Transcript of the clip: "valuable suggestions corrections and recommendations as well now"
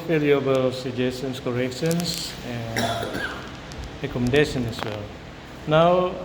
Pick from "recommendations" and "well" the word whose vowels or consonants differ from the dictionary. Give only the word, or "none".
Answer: recommendations